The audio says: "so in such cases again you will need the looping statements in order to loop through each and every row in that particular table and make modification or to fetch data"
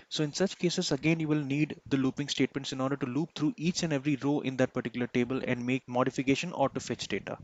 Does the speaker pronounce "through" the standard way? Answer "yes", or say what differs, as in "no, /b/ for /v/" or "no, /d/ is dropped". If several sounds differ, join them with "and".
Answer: no, /t/ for /θ/